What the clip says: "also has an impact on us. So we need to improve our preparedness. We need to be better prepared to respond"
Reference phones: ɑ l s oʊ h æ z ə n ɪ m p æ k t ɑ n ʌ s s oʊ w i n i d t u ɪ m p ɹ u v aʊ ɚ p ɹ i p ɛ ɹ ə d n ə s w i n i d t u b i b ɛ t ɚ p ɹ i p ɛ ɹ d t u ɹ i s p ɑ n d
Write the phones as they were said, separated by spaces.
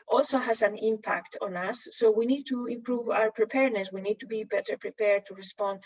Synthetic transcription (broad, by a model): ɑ l s oʊ h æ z ə n ɪ m p æ k t ɑ n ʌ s s oʊ w i n i d t u ɪ m p ɹ u v aʊ ɚ p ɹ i p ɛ ɹ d n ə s w i n i d t u b i b ɛ t ɚ p ɹ i p ɛ ɹ d t u ɹ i s p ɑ n d